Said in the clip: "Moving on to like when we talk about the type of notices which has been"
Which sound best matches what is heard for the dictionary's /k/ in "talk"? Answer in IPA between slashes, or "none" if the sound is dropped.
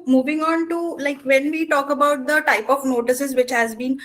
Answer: /k/